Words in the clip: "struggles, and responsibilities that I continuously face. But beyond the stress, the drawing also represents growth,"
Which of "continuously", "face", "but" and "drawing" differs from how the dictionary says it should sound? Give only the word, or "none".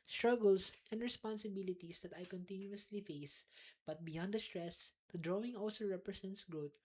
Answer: none